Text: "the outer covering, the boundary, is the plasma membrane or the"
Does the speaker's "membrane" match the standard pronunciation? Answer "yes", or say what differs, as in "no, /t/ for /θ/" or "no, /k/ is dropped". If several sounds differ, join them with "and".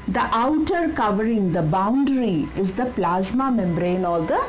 yes